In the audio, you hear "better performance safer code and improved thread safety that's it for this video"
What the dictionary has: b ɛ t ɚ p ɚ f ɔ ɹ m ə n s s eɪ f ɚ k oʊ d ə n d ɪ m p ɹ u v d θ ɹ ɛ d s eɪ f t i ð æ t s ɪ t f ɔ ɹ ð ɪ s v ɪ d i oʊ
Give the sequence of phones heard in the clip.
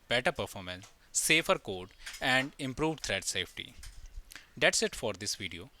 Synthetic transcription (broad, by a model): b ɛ t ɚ p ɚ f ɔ ɹ m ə n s s eɪ f ɚ k oʊ d ə n d ɪ m p ɹ u v d t ɹ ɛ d s eɪ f t i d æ t s ɪ t f ɔ ɹ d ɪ s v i d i oʊ